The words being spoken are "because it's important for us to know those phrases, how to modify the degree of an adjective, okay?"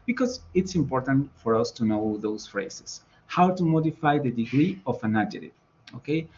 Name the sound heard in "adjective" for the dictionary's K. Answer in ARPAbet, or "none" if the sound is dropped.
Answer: none